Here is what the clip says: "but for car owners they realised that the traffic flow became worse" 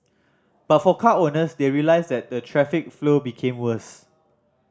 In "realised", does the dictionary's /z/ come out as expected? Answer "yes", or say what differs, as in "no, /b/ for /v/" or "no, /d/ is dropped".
no, /s/ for /z/